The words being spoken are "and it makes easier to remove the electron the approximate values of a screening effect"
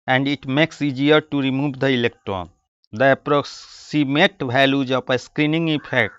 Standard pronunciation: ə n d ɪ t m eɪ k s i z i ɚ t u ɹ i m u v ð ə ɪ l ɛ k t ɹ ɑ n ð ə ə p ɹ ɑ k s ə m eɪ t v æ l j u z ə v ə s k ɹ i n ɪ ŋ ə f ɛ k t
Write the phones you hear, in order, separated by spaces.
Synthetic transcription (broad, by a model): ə n d ɪ t m eɪ k s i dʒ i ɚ t u ɹ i m u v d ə ɪ l ɛ k t ɹ ɑ n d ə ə p ɹ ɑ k s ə m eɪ t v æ l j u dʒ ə p ə s k ɹ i n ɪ ŋ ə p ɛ k t